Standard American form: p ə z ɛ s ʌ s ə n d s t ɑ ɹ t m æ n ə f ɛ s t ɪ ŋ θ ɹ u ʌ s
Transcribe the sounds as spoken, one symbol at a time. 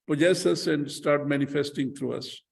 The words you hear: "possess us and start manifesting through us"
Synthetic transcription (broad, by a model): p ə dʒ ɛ s ʌ s ə n d s t ɑ ɹ t m æ n ə f ɛ s t ɪ ŋ t ɹ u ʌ s